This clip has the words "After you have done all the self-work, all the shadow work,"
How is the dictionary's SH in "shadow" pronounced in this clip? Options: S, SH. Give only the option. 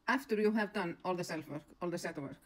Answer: S